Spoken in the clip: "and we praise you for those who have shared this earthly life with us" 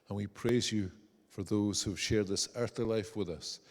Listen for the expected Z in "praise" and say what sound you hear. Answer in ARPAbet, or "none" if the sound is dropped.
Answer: Z